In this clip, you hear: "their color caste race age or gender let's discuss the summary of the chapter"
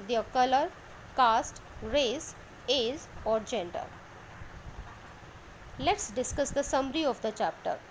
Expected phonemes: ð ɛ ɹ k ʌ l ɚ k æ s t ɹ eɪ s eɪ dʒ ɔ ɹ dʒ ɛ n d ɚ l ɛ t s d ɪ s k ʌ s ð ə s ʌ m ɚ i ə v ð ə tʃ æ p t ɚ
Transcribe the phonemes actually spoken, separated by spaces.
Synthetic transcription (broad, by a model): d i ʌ k ʌ l ɚ k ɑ s t ɹ eɪ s eɪ z ɔ ɹ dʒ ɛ n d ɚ l ɛ t s d ɪ s k ʌ s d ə s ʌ m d i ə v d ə tʃ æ p t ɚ